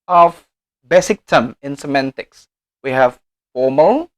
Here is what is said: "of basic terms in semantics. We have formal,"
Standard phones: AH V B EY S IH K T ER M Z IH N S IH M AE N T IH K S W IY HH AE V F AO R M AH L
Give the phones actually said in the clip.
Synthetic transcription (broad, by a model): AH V B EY S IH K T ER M IH N S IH M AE N T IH K S W IY HH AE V F AO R M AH L